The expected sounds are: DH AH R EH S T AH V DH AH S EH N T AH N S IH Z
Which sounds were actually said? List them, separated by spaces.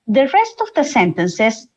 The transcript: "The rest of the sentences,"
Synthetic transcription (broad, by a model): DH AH R EH S T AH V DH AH S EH N T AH N S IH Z